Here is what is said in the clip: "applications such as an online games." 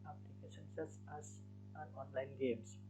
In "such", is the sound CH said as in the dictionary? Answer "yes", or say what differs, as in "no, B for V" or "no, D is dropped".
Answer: no, S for CH